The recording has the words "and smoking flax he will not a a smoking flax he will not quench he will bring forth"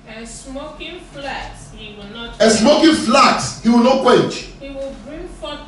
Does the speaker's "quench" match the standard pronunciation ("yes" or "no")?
no